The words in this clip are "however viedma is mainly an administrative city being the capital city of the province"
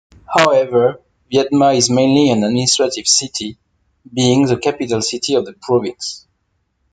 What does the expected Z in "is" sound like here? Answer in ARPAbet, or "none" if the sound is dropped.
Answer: Z